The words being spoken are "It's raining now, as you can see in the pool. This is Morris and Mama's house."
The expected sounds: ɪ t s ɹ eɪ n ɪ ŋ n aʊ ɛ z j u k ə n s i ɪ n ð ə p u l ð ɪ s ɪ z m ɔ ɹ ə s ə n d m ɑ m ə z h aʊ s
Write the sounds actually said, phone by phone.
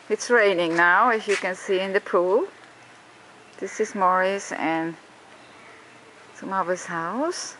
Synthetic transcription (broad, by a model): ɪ t s ɹ eɪ n ɪ ŋ n aʊ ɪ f j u k ə n s i ɪ n ð ə p u l ð ɪ s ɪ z m ɔ ɹ ə s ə n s m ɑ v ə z h aʊ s